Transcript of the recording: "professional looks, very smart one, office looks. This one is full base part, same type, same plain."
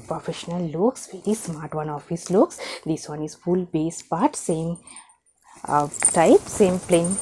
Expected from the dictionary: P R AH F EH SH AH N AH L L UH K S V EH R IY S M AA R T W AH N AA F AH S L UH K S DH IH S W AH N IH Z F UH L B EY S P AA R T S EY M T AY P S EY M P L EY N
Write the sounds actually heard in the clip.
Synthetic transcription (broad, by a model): P R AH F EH SH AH N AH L L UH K S V EH R IY S M AA R T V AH N AA F AH S L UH K S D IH S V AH N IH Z F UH L B EY S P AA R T S EY M T AY P S EY M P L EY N